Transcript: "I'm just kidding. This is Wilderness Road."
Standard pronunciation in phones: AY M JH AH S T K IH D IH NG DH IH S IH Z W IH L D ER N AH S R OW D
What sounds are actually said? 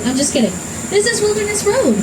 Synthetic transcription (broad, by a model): AY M JH AH S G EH D IH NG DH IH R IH S W IH L D ER N AH S R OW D